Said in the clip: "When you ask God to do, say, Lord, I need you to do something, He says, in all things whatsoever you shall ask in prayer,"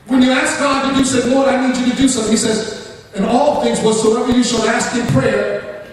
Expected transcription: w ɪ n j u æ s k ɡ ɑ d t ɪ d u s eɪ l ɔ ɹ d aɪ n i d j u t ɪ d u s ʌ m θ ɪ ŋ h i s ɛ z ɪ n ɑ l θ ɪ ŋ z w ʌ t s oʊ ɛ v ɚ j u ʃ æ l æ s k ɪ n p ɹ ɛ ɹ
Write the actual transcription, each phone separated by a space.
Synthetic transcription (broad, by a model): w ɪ n j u æ s k ɡ ɑ d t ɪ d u s eɪ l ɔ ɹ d aɪ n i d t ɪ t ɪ d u s ʌ m θ ɪ ŋ h i s ɛ z ɪ n ɑ l θ ɪ ŋ z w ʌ s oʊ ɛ ɚ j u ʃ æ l æ s k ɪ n p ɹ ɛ ɹ